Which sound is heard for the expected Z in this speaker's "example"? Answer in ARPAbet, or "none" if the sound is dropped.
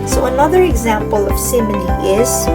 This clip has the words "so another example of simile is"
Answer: Z